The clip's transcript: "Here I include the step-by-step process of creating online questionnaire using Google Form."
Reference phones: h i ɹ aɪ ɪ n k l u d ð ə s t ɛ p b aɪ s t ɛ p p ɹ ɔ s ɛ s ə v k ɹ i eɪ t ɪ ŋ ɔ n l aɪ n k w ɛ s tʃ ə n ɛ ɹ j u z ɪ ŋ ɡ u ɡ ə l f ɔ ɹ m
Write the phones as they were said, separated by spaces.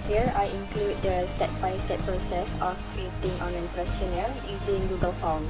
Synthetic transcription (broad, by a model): h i ɹ aɪ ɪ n k l u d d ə s t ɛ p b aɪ s t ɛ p p ɹ ɔ s ɛ s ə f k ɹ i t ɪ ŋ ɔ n ɛ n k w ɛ s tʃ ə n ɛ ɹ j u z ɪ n ɡ u ɡ ə l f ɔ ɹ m